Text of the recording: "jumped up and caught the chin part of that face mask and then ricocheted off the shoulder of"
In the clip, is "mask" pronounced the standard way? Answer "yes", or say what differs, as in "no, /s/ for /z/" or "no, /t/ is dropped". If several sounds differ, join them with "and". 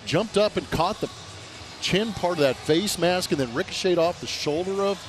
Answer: yes